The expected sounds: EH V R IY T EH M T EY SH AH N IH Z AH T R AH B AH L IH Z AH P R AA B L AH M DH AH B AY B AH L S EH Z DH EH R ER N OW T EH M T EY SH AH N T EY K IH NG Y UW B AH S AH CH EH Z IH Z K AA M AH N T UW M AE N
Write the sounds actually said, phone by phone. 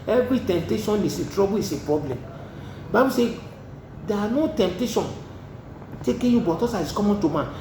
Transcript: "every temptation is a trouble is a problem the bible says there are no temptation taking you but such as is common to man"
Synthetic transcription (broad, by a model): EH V R IY T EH M T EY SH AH N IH S AH T R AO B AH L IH S AH P R AA B L AH M B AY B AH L S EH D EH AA N OW T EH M T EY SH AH N T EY K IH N Y UW B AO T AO S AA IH S K AA M AH N T UW M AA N